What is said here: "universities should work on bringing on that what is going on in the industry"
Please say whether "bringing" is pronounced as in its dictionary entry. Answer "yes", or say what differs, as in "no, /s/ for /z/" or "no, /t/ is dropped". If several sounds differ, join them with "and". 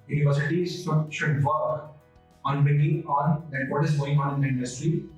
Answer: no, /ɹ/ is dropped